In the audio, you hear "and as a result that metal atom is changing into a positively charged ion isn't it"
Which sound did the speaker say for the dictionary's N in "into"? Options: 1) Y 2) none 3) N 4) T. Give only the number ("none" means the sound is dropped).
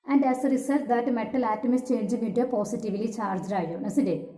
2